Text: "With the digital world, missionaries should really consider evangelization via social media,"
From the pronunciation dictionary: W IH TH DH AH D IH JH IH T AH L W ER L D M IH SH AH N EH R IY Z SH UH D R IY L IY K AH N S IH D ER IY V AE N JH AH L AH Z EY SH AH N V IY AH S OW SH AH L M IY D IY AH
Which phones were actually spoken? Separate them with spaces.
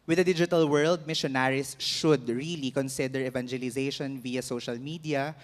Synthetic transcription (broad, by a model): W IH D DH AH D IH JH IH T AH L W ER L D M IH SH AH N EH R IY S SH UH D R IY L IY K AH N S IH D ER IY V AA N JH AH L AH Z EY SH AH N V IY AH S OW SH AH L M IY D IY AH